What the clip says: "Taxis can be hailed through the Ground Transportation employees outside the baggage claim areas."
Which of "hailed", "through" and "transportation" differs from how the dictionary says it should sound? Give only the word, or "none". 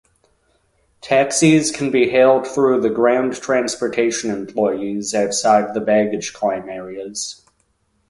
none